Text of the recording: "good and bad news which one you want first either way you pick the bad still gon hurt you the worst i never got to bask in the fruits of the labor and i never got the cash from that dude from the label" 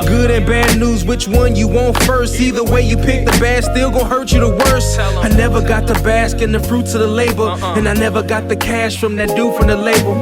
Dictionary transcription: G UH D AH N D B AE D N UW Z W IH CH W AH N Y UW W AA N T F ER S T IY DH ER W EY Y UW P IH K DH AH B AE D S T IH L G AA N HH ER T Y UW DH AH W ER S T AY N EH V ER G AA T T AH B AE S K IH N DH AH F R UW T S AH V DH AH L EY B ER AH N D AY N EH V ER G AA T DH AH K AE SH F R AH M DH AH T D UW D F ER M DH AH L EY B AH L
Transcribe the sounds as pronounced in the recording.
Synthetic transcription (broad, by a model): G UH D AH N B AE D N UW Z W IH CH W AH N Y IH W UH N T F ER S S IY DH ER W EY Y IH P IH K DH AH B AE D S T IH L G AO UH HH ER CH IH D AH W ER S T AY N EH V ER G AA T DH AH B AE S K IH N DH AH F R UW T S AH DH AH L EY B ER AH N AY N EH V ER G AA T DH AH K AE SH F R AH M DH AH T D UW F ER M DH AH L EY B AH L